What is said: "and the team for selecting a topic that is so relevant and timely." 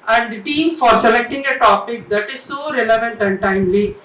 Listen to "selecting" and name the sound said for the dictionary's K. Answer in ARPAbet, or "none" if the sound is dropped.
K